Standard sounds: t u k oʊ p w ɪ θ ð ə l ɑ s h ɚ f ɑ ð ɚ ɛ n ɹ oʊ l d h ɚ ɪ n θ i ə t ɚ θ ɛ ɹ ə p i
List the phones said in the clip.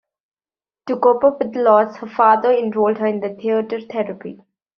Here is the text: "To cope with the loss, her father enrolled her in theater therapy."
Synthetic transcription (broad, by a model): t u k oʊ p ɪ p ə l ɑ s h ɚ f ɑ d ɚ ɛ n ɹ oʊ l d h ɚ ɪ n t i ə t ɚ t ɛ ɹ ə p i